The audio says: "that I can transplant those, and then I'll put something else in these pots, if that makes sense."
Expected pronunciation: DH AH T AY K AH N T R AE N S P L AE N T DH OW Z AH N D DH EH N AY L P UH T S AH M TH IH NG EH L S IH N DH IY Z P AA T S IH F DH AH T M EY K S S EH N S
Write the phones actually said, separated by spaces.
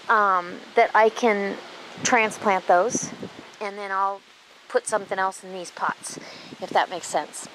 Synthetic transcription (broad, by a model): DH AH T AY K AH N T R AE N S P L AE N DH OW Z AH N DH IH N AY L P UH T S AH M TH IH NG EH L S N DH IY Z P AA T S IH F DH AH T M EY K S S EH N S